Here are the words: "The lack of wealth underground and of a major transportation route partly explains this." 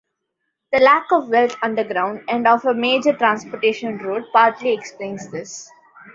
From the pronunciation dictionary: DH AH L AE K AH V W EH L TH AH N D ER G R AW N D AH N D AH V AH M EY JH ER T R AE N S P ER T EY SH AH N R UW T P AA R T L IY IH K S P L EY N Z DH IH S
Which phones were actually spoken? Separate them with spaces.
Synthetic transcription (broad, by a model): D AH L AE K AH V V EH L T AH N D ER G R AW N D AH N D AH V AH M EY JH ER T R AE N S P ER T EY SH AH N R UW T P AA R T L IY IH K S P L EY N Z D IH S